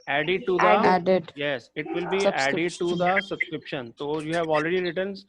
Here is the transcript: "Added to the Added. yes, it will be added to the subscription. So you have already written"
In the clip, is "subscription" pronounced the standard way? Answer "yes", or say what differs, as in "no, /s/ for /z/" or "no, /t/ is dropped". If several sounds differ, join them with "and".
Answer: yes